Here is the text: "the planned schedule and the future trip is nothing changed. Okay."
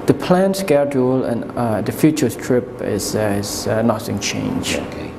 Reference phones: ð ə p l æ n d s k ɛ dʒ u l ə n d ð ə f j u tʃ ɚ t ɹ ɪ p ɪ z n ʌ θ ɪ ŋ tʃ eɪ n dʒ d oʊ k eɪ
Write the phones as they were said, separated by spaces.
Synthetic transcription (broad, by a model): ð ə p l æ n s k ɛ dʒ u l ə n d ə f j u tʃ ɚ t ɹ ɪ p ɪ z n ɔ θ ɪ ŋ tʃ eɪ n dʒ oʊ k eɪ